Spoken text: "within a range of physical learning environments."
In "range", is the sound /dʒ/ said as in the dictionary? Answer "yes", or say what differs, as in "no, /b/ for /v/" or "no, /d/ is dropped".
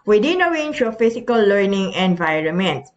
no, /ʃ/ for /dʒ/